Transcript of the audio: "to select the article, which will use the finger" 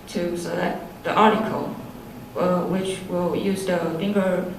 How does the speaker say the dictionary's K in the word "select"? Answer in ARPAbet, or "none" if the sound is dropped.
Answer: none